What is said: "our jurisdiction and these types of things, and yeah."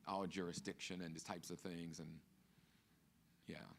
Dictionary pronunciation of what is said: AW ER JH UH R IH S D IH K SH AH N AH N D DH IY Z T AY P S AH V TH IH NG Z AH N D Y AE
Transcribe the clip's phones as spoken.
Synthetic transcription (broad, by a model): AW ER JH UH R IH S D IH K SH AH N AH N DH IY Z T AY P S AH V TH IH NG Z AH N Y AE